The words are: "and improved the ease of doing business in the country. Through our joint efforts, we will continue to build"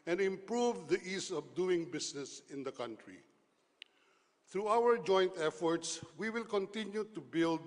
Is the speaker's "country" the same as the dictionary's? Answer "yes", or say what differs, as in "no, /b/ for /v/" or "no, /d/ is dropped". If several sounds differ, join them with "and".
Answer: yes